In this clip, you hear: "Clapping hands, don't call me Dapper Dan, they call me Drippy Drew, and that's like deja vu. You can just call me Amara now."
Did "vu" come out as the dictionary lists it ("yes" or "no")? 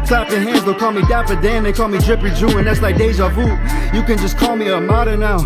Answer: no